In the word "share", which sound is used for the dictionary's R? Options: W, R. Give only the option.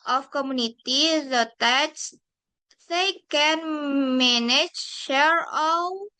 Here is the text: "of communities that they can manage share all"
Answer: R